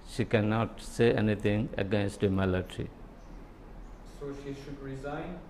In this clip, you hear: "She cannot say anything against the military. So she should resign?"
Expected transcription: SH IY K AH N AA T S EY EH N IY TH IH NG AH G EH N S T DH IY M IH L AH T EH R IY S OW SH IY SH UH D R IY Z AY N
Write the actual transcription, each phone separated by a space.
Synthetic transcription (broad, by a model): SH IY K AH N AA T S EY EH N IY T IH NG AH G EH N S T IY M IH L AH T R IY S OW SH IY SH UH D R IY Z AY N